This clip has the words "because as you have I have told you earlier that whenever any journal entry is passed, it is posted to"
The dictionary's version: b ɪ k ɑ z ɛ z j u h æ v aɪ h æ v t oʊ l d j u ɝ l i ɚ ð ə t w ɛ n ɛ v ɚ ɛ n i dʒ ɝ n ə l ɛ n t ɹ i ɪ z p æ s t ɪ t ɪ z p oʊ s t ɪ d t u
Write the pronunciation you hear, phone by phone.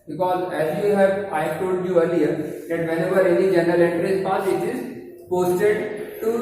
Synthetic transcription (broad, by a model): b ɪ k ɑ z ɛ z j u h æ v aɪ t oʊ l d j u ɝ l i ɚ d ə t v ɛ n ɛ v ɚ ɛ n i dʒ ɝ n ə l ɛ n t ɹ i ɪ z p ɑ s ɪ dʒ ɪ z p oʊ s t ɪ d t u